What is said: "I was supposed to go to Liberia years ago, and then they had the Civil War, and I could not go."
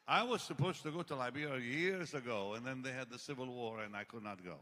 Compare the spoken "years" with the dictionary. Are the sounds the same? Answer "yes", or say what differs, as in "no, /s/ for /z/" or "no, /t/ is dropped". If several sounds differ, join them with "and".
yes